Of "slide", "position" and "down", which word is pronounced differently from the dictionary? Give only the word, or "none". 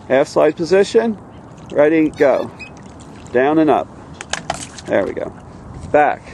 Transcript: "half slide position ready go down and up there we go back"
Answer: slide